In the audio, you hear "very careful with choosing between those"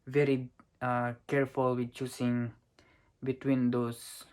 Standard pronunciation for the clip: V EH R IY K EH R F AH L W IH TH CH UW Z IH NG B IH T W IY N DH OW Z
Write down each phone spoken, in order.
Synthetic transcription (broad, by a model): V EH R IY K EH R F AH L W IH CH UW S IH NG B IH T W IY N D OW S